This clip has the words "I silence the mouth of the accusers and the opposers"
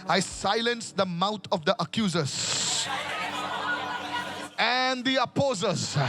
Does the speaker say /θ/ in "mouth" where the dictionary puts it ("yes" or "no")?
no